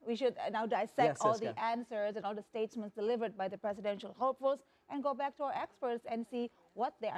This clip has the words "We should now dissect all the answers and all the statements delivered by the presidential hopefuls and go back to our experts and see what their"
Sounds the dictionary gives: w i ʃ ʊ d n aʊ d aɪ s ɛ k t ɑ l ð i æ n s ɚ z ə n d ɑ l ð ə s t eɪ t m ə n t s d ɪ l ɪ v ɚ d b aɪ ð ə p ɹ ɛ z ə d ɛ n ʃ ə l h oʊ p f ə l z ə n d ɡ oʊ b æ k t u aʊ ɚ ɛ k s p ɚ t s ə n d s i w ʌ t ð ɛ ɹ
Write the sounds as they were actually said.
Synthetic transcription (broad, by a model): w i ʃ ʊ d n aʊ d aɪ s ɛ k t ɑ l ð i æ n s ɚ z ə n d ɑ l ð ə s t eɪ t m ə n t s d ɪ l ɪ v ɚ d b aɪ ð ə p ɹ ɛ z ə d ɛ n ʃ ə l h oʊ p f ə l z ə n ɡ oʊ b æ k t u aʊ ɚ ɛ k s p ɚ t s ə n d s i w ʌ t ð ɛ